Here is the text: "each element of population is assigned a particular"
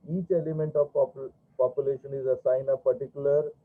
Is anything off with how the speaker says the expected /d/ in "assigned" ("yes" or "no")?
yes